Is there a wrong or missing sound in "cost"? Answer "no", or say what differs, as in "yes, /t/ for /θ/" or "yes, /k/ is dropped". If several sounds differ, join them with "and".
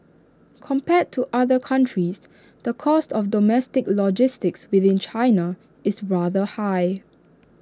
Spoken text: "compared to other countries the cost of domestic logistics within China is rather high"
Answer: no